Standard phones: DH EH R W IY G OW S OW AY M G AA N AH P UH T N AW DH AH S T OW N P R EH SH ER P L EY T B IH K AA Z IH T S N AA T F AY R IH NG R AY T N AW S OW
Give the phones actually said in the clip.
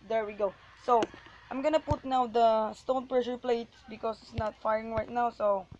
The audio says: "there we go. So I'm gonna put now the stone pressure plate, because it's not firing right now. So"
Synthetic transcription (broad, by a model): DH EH R W IY G OW S OW AY M G AA N AH P UH T N AW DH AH S T OW N P R EH SH ER P L EY T B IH K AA S IH T S N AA T F AY R IH NG R AY T N AW S OW